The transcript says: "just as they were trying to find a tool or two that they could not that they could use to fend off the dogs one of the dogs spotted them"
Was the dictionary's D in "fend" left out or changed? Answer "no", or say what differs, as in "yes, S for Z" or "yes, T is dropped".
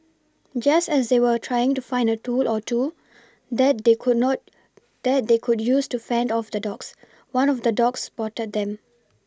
no